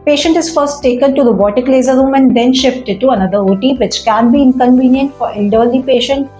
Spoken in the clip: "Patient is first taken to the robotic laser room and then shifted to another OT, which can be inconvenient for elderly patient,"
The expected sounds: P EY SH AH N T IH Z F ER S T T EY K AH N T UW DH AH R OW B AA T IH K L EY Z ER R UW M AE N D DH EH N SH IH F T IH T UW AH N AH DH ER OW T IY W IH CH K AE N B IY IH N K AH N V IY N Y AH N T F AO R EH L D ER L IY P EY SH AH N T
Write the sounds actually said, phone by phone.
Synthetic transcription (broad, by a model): P EY SH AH N T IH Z F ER S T T EY K AH N T UW R OW B AA T IH K L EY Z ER R UW M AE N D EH N SH IH F T IH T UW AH N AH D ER OW T IY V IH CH K AE N B IY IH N K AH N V IY N Y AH N T F AO R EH L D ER L IY P EY SH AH N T